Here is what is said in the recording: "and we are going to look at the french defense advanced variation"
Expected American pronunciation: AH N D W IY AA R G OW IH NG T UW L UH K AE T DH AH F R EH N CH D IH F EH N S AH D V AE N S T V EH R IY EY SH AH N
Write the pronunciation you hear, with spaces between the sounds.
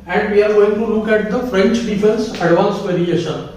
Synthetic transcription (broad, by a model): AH N D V IY AA R G OW IH NG T UW L UH K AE T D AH F R EH N CH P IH P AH L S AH D V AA N S V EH R IY EY SH AH N